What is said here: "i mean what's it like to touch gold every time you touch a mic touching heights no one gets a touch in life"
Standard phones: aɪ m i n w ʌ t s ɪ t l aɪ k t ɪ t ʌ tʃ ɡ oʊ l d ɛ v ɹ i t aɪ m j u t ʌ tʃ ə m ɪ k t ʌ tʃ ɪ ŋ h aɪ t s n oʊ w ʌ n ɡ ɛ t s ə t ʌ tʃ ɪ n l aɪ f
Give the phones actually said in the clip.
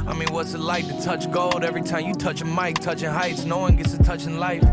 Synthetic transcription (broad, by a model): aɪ m i n w ʌ t s ɪ t l aɪ k t ɪ t ʌ tʃ ɡ oʊ l d ɛ v ɹ i t aɪ m j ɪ t ʌ tʃ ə m ɪ k t ʌ tʃ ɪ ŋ h aɪ t s n oʊ w ʌ n ɡ ɛ t s ə t ʌ tʃ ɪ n l aɪ f